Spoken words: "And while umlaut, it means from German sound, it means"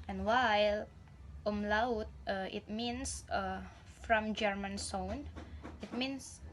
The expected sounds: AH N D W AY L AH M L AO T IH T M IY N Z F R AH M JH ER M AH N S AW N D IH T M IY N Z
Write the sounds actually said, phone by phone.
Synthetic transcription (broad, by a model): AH N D W AY L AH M L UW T IH T M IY N S F R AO M JH ER M AH N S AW N IH T M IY N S